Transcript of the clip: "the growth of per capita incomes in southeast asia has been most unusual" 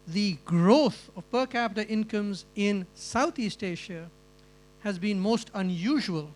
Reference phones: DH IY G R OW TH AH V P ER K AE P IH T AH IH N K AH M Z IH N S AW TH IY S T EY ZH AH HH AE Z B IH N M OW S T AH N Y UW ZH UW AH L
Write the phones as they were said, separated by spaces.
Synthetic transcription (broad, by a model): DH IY G R OW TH AH V P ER K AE P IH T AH IH N K AH M Z IH N S AW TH IY S T EY SH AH HH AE Z B IH N M OW S T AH N Y UW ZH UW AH L